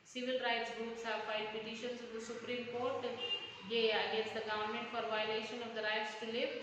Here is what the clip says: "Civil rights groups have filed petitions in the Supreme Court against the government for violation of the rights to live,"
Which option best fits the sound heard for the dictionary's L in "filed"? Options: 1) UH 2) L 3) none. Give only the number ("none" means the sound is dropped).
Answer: 3